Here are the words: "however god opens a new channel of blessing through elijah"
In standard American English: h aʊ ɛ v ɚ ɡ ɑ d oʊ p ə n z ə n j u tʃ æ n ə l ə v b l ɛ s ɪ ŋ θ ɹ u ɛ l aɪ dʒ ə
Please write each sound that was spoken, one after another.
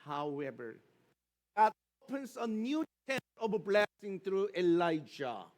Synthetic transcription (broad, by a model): h aʊ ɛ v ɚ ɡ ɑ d oʊ p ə n s ə n j u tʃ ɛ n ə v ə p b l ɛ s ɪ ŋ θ ɹ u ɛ l aɪ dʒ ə